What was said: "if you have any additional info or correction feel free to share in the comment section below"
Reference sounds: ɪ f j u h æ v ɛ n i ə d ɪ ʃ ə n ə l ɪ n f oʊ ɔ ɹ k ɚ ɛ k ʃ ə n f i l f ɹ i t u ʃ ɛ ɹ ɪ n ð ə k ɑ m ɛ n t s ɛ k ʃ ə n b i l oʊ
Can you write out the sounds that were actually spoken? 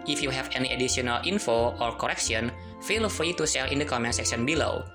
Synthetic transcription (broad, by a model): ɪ f j u h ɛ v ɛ n i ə d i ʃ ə n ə l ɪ n f oʊ ɔ ɹ k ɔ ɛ k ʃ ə n f i l f ɹ i t u s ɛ l ɪ n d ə k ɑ m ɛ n s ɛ k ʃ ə n b i l oʊ